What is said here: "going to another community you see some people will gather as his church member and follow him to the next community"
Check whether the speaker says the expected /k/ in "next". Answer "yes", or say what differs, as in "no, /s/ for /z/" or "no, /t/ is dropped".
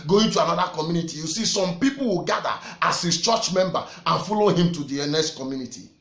no, /k/ is dropped